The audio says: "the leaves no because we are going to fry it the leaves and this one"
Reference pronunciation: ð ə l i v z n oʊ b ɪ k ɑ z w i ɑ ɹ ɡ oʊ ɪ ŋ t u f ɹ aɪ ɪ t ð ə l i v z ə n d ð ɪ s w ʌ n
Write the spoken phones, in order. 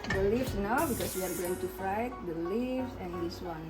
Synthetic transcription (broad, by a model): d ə l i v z n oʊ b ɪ k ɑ s w i ɑ ɹ ɡ oʊ ɪ ŋ t u f aɪ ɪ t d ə l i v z ə n d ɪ s w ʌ n